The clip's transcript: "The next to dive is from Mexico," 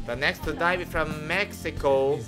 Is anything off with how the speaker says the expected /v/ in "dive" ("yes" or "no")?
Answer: yes